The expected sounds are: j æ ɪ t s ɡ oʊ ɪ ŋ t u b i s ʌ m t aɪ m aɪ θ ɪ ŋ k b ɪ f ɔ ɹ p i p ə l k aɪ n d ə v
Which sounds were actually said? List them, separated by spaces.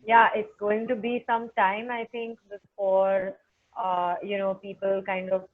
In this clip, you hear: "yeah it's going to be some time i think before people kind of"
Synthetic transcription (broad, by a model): j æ ɪ t s ɡ oʊ ɪ ŋ t u b i s ʌ m t aɪ m aɪ t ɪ ŋ k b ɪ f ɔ ɹ p i p ə l k aɪ n d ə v